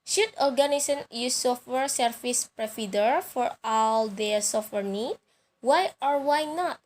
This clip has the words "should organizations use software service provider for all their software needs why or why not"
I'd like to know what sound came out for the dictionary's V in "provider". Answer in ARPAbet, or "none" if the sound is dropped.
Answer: F